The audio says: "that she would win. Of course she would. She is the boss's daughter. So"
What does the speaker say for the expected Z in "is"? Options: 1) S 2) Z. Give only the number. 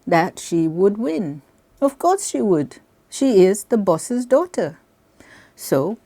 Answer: 2